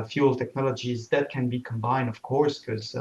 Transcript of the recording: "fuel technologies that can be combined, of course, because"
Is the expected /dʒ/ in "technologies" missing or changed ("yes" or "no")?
no